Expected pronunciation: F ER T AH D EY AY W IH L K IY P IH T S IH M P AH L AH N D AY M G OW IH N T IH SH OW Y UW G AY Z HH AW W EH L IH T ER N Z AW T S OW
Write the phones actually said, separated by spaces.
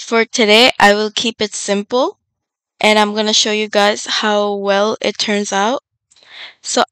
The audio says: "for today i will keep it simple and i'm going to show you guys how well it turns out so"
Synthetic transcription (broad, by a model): F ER T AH D EY AY W IH L K IY P IH T S IH M P L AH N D AY M G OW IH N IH SH OW Y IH G AY Z HH AW W EH L IH T ER N Z AW T S OW